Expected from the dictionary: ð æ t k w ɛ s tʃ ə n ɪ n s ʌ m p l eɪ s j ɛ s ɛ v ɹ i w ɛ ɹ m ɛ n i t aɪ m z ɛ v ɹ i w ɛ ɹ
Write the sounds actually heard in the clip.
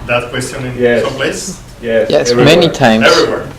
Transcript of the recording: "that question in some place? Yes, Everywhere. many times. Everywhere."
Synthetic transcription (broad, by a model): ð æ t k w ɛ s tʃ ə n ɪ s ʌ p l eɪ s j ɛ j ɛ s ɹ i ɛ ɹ m ɛ n i t aɪ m ɛ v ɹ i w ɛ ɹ